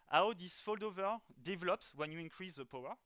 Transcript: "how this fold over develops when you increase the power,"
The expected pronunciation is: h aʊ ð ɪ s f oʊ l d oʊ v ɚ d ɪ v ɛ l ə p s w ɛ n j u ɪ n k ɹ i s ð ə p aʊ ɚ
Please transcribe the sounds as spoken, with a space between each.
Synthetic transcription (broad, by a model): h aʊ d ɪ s f oʊ l d oʊ v ɚ d ɪ v ɛ l ə p s w ɛ n j u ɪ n k ɹ i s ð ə p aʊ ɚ